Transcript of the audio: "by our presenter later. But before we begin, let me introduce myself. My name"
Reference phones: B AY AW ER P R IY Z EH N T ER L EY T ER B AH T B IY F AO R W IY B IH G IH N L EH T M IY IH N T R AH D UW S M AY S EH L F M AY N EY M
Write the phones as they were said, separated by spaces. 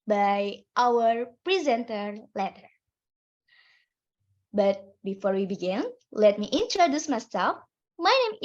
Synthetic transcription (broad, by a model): B AY AW ER P R IY Z EH N T ER L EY T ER B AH T B IY F AO R W IY B IH G IH N L EH T M IY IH N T R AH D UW S M AY S EH L F M AY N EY M